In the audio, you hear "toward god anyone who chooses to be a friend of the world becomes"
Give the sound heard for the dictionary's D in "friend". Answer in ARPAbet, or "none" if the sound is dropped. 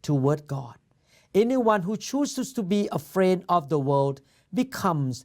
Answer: D